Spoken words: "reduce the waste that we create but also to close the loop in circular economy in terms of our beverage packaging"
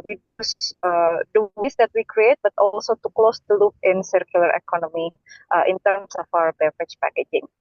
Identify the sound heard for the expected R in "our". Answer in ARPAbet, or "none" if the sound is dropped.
W